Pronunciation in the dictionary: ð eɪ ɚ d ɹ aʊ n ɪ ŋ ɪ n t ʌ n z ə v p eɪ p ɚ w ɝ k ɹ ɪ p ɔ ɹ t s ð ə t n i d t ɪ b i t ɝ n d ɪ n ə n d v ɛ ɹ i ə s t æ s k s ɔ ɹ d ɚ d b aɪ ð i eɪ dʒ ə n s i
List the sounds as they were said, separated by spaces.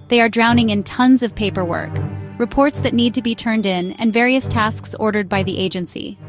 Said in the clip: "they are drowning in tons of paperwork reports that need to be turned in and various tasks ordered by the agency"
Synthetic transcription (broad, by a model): ð eɪ ɚ d ɹ aʊ n ɪ ŋ ɪ n t ʌ n z ə v p eɪ p ɚ w ɝ k ɹ ɪ p ɔ ɹ t s ð ə t n i d t ɪ b i t ɝ n d ɪ n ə n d v ɛ ɹ i ə s t æ s k s ɔ ɹ d ɚ d b aɪ ð i eɪ dʒ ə n s i